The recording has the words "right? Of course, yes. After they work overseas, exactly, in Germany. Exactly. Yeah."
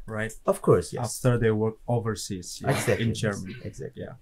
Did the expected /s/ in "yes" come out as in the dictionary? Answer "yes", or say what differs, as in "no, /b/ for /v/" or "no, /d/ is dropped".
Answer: no, /s/ is dropped